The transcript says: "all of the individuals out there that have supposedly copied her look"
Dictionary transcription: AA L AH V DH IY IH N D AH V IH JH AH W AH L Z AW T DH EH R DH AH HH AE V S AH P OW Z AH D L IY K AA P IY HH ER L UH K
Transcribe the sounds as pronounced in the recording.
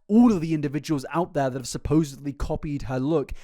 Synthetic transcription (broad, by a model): AA L AH V DH IY IH N D AH V IH JH AH W AH L Z AW T DH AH R DH AH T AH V S AH P OW Z AH D L IY K AA P IY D ER L UH K